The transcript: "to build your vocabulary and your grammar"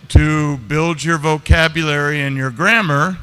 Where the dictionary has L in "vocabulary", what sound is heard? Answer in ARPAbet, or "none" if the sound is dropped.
L